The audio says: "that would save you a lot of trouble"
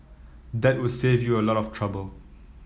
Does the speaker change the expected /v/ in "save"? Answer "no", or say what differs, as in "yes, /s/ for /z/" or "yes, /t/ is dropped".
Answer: no